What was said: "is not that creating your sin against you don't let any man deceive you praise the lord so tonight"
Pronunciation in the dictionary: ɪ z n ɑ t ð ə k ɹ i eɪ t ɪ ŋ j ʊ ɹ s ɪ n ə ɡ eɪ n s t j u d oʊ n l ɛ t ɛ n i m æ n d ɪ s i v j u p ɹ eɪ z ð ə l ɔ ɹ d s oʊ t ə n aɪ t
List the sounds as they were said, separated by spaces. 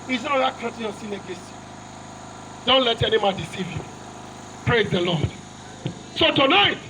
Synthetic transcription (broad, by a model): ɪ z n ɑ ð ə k i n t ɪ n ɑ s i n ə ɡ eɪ s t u d oʊ n l ɛ t ɛ n i m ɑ n d ɪ s i v j u p ɹ eɪ z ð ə l ɔ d s oʊ t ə n aɪ t